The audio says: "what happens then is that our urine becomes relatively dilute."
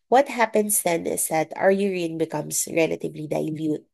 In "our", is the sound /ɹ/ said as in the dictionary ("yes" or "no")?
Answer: yes